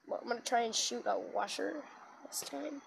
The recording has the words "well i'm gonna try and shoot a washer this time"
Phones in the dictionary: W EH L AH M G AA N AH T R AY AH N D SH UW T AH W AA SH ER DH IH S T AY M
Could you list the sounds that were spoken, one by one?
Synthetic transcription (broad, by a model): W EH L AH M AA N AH T R AY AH N SH UW T AH W AA SH ER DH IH S T AY M